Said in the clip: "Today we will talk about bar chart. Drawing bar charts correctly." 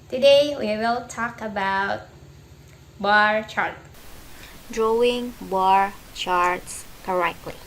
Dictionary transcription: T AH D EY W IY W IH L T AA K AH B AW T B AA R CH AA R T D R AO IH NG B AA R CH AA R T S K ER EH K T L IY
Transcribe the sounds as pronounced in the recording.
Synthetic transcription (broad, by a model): T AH D EY W IY W IH L T AA K AH B AW T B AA R CH AA R T D R AO IH NG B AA R CH AA R T S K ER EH K T L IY